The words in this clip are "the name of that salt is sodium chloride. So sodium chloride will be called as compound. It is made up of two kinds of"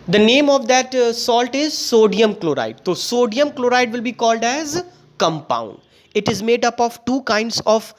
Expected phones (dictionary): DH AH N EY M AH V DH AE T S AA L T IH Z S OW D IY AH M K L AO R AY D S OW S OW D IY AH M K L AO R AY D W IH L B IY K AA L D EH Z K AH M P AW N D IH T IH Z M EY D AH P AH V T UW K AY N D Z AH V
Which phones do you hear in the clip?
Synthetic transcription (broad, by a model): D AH N EY M AH V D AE T S AA L T IH Z S OW D IY AH M K L AO R AY D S OW S OW D IY AH M K L AO R AY D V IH L B IY K AA L D EH Z K AH M P AW N D IH T IH Z M EY D AH P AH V T UW K AY N D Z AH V